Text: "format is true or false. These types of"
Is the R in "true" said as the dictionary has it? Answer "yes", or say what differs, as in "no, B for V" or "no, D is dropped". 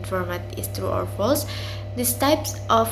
yes